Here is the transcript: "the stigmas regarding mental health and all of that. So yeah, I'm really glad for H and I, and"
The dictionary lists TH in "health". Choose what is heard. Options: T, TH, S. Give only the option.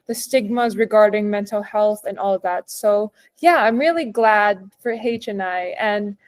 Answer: TH